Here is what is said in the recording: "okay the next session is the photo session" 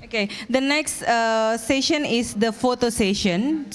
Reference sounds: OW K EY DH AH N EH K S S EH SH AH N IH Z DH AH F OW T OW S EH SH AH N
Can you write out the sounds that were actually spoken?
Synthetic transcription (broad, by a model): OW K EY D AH N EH K S S EH SH AH N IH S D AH F OW T OW S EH SH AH N